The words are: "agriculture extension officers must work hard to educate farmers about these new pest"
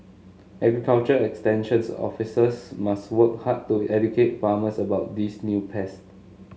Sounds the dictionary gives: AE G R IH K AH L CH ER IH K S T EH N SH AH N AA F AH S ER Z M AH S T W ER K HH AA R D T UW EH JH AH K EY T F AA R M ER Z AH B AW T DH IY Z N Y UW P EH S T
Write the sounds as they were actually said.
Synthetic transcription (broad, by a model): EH G R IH K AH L CH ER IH K S T EH N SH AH N AA F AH S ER S M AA S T W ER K HH AA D T UW EH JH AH K EY T F AA M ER S AH B AW T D IY S N Y UW P EH S T